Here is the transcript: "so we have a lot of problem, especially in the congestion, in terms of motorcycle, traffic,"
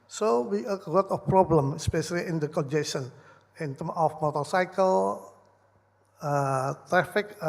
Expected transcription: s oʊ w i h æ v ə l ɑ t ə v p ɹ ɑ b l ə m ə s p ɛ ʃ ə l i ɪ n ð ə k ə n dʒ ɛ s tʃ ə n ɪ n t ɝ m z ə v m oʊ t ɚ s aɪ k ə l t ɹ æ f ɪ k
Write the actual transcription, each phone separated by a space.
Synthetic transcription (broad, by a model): s oʊ w i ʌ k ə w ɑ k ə f p ɹ ɑ b l ə m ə s p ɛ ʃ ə l i ɪ n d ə k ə n dʒ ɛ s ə n ɪ n t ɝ m ə f m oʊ t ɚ s aɪ k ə l t ɹ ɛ f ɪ k